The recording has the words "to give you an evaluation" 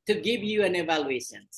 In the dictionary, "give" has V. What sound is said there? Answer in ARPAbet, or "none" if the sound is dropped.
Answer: V